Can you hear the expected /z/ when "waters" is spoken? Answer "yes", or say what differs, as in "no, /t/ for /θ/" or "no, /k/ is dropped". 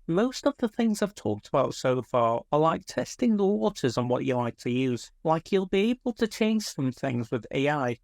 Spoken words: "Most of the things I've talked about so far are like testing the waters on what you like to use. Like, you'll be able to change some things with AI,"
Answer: yes